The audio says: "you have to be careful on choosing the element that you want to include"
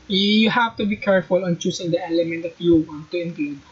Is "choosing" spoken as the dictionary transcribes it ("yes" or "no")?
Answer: no